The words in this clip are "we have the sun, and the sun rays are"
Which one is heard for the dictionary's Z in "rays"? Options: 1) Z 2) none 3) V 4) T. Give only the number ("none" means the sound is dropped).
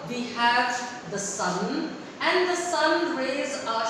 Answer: 1